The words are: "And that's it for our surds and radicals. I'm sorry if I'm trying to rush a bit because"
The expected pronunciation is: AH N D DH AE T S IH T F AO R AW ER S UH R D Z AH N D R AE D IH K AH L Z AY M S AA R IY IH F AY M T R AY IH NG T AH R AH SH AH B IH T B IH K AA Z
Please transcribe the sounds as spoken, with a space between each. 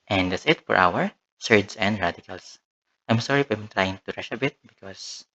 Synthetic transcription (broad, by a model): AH N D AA T S IH T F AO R AW ER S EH R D S AH N D R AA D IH K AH L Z AY M S AA R IY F AY M T R AY IH NG T AH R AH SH AH B IH T B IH K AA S